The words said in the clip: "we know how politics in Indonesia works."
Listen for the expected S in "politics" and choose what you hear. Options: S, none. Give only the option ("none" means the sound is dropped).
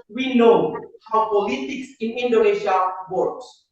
S